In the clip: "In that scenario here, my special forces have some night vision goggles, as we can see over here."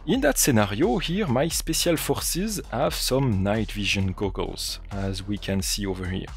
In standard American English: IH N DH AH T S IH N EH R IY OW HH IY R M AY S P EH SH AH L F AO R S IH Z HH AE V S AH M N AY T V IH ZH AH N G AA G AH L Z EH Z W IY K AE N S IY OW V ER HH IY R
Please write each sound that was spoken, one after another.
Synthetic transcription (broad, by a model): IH N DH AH T S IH N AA R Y OW HH IY R M AY S P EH S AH L F AO R S IH Z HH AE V S AH M N AY T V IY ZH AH N G AA G AH L Z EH Z W IY K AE N S IY OW V ER HH IY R